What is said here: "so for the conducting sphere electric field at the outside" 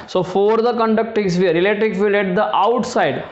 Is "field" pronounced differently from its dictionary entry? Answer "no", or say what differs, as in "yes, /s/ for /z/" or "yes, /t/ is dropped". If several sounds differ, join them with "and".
yes, /d/ is dropped